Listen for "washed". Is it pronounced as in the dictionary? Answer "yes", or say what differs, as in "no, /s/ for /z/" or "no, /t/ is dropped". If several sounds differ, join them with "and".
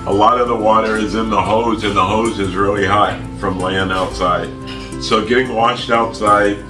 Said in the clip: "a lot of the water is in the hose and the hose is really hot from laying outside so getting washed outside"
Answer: yes